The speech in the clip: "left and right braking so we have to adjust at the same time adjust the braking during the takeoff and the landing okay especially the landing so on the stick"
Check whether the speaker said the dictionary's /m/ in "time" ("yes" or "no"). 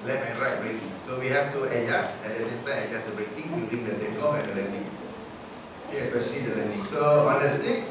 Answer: no